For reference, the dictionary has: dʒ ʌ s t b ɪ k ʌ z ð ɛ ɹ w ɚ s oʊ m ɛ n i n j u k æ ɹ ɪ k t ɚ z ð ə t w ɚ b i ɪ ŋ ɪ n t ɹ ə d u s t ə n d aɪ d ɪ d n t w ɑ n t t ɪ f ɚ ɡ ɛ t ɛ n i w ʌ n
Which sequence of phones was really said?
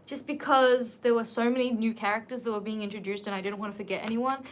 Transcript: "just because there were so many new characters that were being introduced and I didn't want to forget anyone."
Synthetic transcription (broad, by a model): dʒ ʌ s b ɪ k ʌ z ð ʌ ɹ w ɚ s oʊ m ɛ n i n j u k æ ɹ ɪ k t ɚ z ð ə t w ɚ b i ɪ ŋ ɪ n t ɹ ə d u s t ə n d aɪ d ɪ d n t w ɑ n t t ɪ f ɚ ɡ ɛ t ɛ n i w ʌ n